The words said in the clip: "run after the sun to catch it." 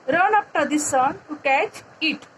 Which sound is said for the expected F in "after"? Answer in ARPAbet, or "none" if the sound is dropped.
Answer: P